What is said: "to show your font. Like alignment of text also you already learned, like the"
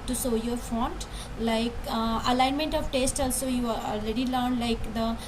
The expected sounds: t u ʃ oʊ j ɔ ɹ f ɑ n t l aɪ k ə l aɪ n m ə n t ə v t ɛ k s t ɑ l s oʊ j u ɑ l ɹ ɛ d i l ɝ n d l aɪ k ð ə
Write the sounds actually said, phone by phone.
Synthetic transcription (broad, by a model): t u s oʊ j ɔ ɹ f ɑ n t l aɪ k ə l aɪ n m ə n t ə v t ɛ s t ɑ l s oʊ j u ɑ l ɹ ɛ d i l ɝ n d l aɪ k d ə